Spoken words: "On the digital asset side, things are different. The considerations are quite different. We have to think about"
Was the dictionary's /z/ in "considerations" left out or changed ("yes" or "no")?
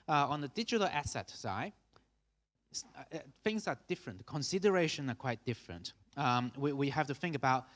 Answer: yes